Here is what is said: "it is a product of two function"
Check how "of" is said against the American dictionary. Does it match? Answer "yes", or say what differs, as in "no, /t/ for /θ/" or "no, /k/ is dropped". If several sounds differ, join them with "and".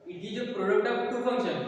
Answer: no, /p/ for /v/